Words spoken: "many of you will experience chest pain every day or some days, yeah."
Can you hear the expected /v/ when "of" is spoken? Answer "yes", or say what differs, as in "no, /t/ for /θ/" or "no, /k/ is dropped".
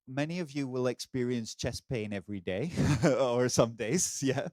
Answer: yes